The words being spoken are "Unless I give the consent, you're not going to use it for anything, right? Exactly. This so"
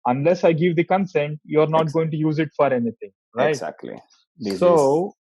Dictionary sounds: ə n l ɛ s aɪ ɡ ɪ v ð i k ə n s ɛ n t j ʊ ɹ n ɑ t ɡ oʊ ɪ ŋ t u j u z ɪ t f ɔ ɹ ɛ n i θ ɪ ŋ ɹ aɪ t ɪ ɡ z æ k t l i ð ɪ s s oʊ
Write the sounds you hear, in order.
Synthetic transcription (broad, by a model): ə n l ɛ s aɪ ɡ ɪ v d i k ə n s ɛ n t j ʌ ɹ n ɑ t ɡ oʊ ɪ ŋ t u j u z ɪ t f ɔ ɹ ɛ n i t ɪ ŋ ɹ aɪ ɪ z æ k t l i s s oʊ